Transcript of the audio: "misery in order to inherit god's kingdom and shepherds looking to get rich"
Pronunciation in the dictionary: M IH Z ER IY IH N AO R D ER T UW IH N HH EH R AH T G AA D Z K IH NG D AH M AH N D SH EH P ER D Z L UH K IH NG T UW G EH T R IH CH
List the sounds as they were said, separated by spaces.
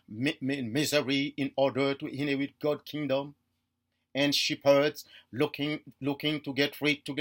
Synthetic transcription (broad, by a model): M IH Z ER IY IH N AO R D ER T UW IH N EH W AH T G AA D K IH NG D AH M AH N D SH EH P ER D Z L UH K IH NG T UW G EH T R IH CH